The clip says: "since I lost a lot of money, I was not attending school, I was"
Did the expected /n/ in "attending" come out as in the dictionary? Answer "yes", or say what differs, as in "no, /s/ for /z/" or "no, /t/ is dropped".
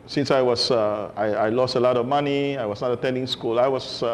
yes